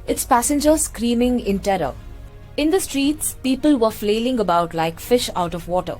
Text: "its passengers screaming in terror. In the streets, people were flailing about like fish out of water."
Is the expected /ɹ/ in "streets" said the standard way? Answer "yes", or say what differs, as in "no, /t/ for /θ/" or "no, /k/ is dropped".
yes